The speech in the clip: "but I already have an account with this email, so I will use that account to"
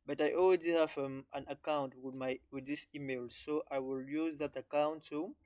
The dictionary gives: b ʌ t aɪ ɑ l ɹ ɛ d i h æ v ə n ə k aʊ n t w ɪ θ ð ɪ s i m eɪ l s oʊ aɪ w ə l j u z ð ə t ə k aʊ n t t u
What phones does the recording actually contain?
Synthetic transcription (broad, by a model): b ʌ t aɪ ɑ l w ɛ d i h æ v ə n ə k aʊ n t w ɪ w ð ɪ s i m eɪ l s oʊ aɪ w ə l j u z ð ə t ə k aʊ n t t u